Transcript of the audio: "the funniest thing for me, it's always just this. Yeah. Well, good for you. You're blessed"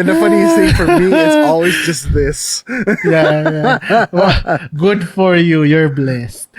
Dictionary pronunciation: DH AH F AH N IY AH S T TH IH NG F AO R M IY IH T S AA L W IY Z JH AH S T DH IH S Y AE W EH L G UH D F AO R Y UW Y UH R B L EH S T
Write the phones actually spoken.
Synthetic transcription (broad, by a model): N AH F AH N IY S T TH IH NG F AO R M IY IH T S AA L W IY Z JH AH S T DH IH S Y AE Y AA W G UH D F AO R Y UW Y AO R B L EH S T